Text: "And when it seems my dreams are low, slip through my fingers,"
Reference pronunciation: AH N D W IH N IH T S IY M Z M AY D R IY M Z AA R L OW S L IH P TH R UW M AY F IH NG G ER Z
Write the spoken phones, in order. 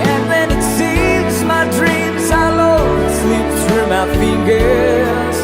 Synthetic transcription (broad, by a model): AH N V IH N IH T S IY M Z M AY D R IY M Z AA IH L OW S L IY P S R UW M AY F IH NG G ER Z